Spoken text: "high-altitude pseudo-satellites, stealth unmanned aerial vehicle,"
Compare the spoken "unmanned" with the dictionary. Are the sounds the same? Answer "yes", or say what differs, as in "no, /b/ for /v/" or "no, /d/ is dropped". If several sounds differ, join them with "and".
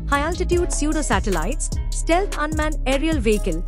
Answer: no, /d/ is dropped